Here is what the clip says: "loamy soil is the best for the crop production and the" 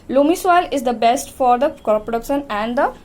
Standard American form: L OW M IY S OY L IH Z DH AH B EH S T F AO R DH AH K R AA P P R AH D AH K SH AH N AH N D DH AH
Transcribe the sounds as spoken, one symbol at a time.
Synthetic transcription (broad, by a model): L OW M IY S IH L IH Z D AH B EH S T F AO R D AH K AA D P R AH D AH K SH AH N AH N D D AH